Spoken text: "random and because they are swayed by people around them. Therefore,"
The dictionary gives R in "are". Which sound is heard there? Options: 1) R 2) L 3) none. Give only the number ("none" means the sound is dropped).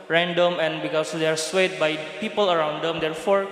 1